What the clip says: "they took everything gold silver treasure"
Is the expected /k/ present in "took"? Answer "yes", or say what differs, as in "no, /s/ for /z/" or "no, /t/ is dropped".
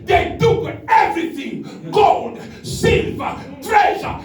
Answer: no, /k/ is dropped